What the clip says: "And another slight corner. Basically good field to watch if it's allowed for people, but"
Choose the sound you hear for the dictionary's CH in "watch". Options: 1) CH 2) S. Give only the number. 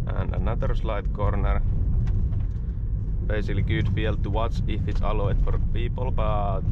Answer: 2